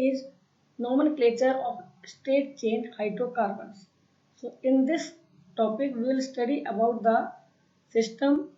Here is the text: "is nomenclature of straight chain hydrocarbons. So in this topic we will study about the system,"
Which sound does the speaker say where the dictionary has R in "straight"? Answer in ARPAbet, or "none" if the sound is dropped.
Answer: none